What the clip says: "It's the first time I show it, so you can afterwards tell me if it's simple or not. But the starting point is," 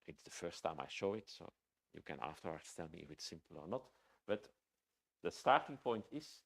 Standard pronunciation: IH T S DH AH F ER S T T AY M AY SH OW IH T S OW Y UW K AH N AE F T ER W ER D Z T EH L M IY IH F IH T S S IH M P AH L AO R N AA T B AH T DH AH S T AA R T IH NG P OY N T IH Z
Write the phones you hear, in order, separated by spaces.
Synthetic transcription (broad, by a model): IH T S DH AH F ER S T T AY M AY SH OW IH T S OW Y UW K AH N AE F T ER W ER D S T EH L M IY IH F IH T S S IH M P AH L AO R N AA T B AH T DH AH S T AA R T IH NG P OY N T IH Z